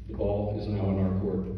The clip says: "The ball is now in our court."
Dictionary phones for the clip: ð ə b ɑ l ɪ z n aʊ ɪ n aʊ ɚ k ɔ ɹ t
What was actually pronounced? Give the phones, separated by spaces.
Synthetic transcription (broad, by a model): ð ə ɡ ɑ l ɪ z n aʊ ɪ n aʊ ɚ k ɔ ɹ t